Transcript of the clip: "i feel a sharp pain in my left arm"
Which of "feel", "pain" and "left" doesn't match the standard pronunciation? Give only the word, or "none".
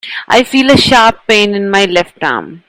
none